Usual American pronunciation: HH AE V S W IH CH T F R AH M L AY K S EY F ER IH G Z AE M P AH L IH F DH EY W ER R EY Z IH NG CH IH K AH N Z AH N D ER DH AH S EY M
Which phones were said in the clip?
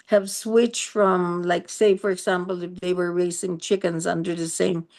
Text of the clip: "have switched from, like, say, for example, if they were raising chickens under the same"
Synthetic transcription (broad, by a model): HH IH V S W IH CH T F R AH M L AY K S EY F ER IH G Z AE M P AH L IH F DH EY W ER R EY S IH NG CH IH K AH N Z AH N D ER DH AH S EY M